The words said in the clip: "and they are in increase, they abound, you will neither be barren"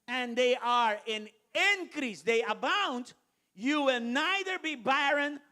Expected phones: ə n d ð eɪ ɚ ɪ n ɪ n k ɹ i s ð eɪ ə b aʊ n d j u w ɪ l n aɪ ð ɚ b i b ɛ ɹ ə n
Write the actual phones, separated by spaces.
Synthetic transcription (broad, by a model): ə n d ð eɪ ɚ ɪ n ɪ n k ɹ i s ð eɪ ə b aʊ n d j u w ɪ l n aɪ ð ɚ b i b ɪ ɹ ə n